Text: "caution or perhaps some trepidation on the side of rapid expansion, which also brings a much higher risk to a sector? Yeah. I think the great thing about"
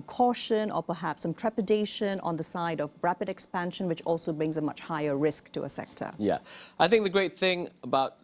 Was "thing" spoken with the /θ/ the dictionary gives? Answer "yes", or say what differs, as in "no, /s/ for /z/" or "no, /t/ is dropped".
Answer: yes